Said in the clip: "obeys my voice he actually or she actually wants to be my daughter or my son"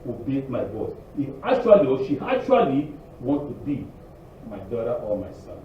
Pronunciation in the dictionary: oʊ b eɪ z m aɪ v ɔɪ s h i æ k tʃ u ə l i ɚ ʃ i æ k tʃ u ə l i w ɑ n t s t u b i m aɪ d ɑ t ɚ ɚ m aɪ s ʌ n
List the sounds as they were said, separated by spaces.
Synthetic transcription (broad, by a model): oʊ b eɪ m aɪ b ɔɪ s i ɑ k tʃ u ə l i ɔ ʃ i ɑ k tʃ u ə l i w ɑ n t t u b i m aɪ d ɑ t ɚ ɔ m aɪ s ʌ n